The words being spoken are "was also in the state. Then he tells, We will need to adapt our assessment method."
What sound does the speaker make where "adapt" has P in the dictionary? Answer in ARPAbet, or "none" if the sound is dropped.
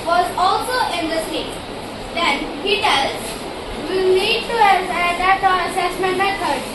none